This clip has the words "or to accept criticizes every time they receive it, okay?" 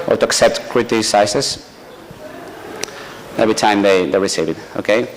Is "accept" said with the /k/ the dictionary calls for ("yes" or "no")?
yes